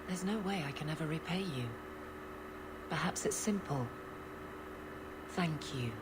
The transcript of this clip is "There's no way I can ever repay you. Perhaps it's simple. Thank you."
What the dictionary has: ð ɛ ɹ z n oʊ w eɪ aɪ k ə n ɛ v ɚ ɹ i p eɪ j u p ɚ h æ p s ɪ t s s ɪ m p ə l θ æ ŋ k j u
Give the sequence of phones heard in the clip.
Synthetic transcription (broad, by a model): ð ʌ ɹ z n oʊ w eɪ aɪ k ə n ɛ v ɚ ɹ i p eɪ j u p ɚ h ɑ p s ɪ t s s ɪ m p ə l θ æ ŋ k j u